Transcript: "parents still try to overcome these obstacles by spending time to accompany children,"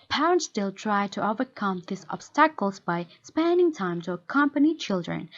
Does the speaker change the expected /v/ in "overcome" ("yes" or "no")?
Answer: no